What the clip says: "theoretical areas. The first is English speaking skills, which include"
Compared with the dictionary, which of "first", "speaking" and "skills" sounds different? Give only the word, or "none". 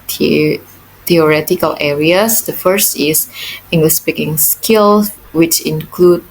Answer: skills